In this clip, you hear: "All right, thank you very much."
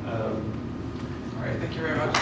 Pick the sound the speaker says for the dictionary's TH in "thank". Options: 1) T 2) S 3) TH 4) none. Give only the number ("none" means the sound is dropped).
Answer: 3